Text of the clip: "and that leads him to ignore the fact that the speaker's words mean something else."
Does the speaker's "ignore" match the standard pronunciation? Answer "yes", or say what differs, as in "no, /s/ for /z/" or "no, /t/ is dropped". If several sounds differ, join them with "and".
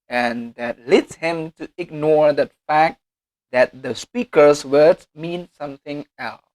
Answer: yes